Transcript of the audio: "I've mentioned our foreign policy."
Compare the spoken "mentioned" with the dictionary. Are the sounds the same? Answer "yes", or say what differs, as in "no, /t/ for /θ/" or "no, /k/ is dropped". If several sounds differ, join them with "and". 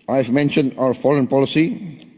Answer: yes